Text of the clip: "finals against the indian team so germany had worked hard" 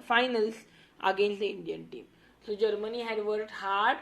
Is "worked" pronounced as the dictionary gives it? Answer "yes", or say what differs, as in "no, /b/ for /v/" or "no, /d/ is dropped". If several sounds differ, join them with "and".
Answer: no, /k/ is dropped